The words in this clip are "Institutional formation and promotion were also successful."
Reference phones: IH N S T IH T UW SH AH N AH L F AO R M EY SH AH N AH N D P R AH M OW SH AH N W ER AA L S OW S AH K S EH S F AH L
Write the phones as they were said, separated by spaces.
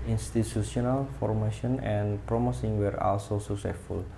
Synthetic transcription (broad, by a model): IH N S T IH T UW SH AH N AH L F AO R M EY SH AH N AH N P R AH M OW S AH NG W ER AA L S OW S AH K S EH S F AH L